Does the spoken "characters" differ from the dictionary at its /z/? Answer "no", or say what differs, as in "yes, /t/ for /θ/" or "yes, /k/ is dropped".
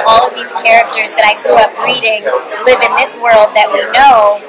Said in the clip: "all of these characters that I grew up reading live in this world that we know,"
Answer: no